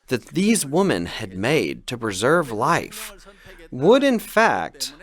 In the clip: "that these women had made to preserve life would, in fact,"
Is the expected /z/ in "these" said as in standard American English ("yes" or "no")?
yes